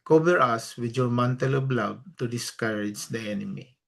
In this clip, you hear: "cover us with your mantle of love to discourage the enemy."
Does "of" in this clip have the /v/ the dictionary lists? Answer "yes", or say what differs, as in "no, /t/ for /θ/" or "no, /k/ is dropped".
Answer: no, /b/ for /v/